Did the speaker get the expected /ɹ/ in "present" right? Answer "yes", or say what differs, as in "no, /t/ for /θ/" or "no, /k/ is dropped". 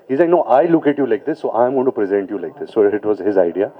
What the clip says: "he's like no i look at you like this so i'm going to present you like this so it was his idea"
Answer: yes